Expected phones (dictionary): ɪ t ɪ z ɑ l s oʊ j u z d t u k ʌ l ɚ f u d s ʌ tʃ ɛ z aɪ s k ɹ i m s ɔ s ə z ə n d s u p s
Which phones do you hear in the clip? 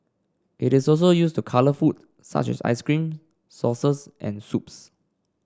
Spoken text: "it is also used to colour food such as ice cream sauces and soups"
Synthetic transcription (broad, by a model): ɪ t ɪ s ɑ l s oʊ j u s t u k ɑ l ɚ f u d s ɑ tʃ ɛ s aɪ s k ɹ i m s ɔ s ə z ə n s u p s